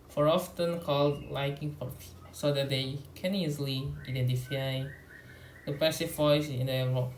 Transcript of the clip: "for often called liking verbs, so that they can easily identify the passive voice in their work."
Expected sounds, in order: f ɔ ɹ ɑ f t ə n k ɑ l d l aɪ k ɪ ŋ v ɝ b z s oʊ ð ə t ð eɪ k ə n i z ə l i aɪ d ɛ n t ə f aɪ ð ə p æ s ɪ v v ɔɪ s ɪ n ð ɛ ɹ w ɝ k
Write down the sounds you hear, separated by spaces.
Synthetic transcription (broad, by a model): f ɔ ɹ ɑ f t ə n k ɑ l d l aɪ k ɪ ŋ p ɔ s oʊ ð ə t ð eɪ k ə n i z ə l i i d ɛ n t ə f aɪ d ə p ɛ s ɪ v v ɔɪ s ɪ n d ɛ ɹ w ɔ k